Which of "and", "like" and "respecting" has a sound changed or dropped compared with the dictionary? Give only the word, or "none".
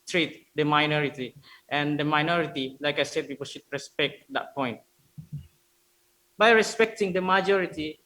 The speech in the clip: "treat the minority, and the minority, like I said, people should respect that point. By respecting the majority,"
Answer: none